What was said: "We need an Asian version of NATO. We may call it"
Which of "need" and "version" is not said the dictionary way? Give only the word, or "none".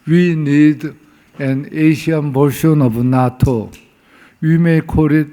version